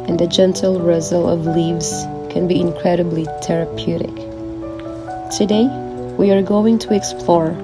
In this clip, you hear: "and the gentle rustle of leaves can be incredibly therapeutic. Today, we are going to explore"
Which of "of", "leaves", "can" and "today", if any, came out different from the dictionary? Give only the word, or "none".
none